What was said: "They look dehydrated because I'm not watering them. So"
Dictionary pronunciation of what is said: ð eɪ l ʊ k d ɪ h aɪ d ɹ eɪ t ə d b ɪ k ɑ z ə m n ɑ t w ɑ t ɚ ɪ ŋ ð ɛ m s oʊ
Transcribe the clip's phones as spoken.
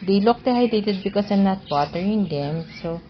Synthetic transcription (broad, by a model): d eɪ l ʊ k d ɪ h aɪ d eɪ t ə d b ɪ k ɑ s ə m n ɑ t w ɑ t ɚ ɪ ŋ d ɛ m s oʊ